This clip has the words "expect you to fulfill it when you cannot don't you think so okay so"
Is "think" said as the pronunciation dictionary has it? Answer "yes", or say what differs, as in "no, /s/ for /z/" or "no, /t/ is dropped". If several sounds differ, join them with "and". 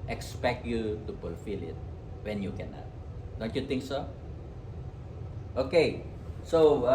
no, /t/ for /θ/